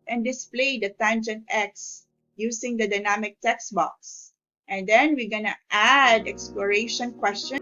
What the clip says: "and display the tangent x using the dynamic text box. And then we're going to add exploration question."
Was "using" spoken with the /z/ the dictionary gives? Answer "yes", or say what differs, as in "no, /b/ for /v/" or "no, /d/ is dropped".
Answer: no, /s/ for /z/